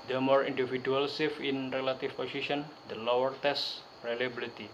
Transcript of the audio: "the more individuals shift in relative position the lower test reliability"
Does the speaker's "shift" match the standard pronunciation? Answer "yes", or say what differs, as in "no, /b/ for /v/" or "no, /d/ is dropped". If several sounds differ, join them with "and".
no, /t/ is dropped